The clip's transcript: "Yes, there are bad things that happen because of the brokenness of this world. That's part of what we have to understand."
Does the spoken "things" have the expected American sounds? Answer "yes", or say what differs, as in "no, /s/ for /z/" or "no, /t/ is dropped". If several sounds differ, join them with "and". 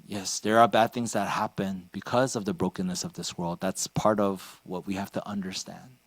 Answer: yes